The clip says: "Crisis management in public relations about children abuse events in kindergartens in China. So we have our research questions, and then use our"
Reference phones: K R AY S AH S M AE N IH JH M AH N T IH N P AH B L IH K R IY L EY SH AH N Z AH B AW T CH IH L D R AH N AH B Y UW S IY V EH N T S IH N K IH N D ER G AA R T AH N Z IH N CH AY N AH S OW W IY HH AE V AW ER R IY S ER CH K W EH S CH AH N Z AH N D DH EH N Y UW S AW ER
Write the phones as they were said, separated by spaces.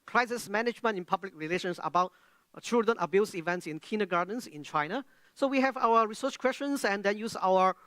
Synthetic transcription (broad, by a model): K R AY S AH S M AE N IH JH M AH N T IH N P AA B L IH K R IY L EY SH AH N S AH B AW T CH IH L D R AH N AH B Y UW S IY V EH N T S IH N K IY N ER G AA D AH N S IH N CH AY N AH S OW W IY HH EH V AW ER R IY S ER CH K W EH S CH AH N S AH N D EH N Y UW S AW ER